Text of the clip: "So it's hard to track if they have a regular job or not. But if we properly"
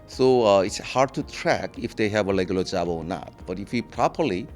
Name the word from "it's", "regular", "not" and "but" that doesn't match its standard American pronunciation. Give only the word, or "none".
regular